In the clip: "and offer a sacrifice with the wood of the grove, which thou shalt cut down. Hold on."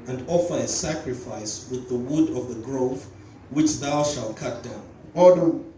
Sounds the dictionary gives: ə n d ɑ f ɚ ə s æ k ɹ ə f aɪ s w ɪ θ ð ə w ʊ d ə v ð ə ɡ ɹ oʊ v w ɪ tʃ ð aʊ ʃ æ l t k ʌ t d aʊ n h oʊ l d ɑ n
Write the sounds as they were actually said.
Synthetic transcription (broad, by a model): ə n d ɑ f ɚ ə s æ k ɹ ə f aɪ s w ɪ ð ə w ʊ d ə v ð ə ɡ ɹ oʊ v w ɪ tʃ ð aʊ ʃ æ l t k ʌ t d aʊ n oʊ d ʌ